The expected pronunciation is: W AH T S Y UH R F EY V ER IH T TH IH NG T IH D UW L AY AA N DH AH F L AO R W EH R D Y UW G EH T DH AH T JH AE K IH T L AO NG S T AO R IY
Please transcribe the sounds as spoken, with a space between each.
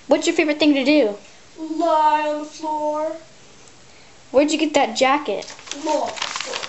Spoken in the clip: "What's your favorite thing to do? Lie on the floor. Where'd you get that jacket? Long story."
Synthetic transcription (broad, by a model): W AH T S Y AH R F EY V ER IH T TH IH NG T IH D UW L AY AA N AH F L AO R W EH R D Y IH G EH T DH AH T JH AE K IH T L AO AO